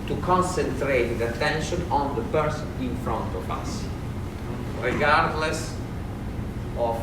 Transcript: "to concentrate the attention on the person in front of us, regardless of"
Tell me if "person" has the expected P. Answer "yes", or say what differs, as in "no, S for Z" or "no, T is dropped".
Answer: no, B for P